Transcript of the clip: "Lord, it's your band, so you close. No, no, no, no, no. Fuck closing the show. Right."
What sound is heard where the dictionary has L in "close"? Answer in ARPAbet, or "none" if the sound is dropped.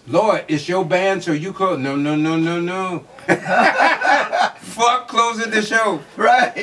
none